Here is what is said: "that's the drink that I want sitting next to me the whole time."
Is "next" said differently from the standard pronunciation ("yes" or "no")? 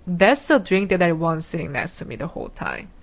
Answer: yes